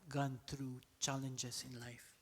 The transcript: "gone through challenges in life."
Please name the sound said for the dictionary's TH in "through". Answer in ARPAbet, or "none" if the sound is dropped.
T